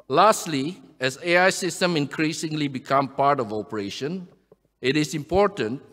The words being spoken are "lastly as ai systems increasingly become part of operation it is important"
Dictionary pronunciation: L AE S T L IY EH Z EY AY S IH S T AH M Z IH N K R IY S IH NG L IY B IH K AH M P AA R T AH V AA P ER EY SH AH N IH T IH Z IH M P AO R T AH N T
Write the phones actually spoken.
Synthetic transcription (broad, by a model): L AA S T L IY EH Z EY AY S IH S T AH M IH N K R IY S IH NG L IY B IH K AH M P AA R T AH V AA P ER EY SH AH N IH T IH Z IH M P AO R T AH N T